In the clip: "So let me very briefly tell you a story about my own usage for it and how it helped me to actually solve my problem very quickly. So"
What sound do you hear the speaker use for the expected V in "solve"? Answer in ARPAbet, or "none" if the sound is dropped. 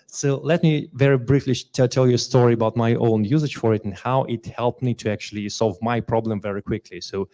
V